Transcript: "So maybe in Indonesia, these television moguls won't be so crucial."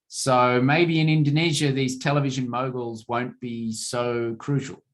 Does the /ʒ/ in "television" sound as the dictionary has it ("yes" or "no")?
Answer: yes